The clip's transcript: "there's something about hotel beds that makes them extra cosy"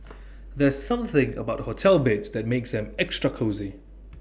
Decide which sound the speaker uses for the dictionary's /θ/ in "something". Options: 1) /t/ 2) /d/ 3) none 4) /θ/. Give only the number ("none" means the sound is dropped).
4